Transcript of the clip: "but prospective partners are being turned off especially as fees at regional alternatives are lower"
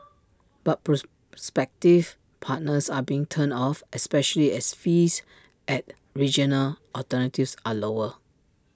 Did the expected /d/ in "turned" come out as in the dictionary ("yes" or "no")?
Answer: no